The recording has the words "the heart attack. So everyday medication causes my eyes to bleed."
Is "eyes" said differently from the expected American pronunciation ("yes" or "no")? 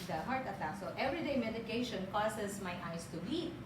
yes